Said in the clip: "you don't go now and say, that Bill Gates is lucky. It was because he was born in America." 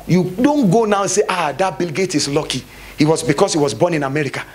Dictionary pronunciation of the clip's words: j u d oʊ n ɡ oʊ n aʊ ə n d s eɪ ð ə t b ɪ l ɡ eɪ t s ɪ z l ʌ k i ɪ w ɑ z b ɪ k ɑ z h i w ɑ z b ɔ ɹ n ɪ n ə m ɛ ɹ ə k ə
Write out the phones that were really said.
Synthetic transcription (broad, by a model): j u d oʊ n ɡ oʊ n aʊ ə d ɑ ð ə t b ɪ l ɡ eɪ t ɪ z l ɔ k i ɪ w ɑ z b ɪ k ɑ s h i w ɑ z b ɔ n ɪ n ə m ɛ ɹ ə k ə